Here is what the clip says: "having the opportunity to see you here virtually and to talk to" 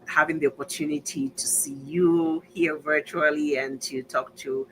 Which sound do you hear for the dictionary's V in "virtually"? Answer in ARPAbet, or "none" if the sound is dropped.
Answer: V